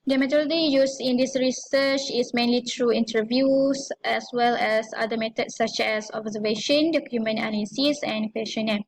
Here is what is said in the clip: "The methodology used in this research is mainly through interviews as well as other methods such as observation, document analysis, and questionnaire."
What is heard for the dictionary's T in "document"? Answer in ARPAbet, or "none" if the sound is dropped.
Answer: none